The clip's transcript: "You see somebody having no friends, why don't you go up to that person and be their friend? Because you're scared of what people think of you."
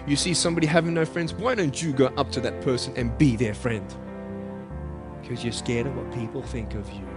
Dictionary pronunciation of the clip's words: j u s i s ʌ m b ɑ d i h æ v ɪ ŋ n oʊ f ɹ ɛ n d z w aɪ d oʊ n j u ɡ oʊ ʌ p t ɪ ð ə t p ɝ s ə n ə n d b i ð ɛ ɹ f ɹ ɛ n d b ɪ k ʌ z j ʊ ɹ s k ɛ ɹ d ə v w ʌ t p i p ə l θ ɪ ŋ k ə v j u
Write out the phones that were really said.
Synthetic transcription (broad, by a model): j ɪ s i s ʌ m b ɑ d i h æ v ɪ ŋ n oʊ f ɹ ɛ n d z w aɪ d oʊ n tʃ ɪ ɡ oʊ ʌ p t ɪ ð ə t p ɝ s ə n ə n b i ð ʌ ɹ f ɹ ɛ n d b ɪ k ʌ z j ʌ ɹ s k ɛ ɹ d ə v w ʌ t p i p l θ ɪ ŋ k ə v j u